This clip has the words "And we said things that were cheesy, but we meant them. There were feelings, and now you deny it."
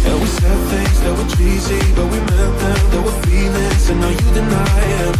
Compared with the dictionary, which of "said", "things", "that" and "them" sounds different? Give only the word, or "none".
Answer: none